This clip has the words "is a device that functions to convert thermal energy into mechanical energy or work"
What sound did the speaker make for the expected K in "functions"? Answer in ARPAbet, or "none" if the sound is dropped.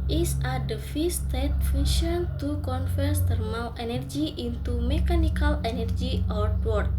none